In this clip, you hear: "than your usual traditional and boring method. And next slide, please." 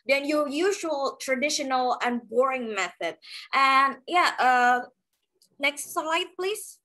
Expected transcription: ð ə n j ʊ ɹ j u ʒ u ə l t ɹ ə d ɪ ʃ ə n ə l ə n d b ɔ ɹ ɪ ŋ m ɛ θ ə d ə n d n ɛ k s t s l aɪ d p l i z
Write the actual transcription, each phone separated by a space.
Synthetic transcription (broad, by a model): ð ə n j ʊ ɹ j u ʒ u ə l t ɹ ə d ɪ ʃ ə n ə l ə n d b ɔ ɹ ɪ ŋ m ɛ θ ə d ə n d n ɛ k s t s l aɪ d p l i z